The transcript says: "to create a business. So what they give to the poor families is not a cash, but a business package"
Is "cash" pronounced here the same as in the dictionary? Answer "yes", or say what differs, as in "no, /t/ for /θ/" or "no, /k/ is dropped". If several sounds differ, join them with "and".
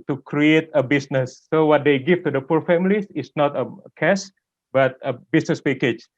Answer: no, /s/ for /ʃ/